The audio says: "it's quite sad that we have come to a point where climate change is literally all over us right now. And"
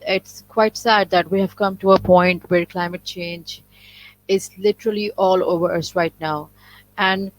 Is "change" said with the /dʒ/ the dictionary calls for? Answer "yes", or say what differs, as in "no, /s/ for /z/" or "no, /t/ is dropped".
yes